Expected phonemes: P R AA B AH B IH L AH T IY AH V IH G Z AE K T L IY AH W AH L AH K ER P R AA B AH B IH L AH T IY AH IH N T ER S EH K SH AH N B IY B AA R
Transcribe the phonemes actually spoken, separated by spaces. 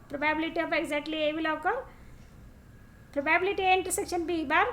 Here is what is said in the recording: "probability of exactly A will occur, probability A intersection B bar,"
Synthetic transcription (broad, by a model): P R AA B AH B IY L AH T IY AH P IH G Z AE K T L IY AH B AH L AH K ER P R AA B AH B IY L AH T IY AH N T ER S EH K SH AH N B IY B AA R